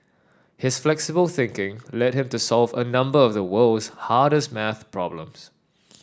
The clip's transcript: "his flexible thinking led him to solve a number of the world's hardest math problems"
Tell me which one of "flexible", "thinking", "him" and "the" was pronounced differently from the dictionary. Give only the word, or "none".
none